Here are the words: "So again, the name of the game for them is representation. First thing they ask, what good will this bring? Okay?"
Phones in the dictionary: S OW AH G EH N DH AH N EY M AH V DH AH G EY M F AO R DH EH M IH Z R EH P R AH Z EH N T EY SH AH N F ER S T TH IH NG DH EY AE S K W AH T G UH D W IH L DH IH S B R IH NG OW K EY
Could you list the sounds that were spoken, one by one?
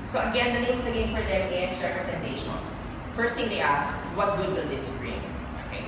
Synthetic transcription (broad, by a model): S OW AH G EH N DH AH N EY AH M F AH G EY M F AO R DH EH M IH S R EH P R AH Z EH N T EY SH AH N F ER S T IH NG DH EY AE S K W AH T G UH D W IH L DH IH S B R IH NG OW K EY